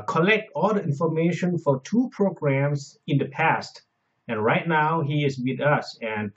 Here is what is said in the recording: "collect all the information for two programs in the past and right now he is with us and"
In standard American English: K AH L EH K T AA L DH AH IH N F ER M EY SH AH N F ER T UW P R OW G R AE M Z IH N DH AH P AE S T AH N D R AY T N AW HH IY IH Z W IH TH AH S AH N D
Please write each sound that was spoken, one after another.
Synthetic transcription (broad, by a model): K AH L EH K T AA L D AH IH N F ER M EY SH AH N F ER T UW P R OW G R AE M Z IH N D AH P AE S T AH N R AY T N AW HH IY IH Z W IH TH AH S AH N